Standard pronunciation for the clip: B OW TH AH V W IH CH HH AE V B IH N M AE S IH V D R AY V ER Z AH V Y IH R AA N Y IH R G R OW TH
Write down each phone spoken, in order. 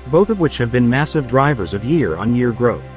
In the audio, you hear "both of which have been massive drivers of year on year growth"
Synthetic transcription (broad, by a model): B OW TH AH V W IH CH HH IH V B IH N M AE S IH V D R AY V ER Z AH V Y IH R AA N Y IH R G R OW TH